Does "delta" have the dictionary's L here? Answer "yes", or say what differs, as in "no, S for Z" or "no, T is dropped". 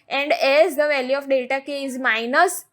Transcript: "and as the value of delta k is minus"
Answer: no, L is dropped